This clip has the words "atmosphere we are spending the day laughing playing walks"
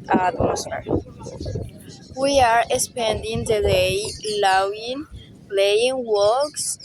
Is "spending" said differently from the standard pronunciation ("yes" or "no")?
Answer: no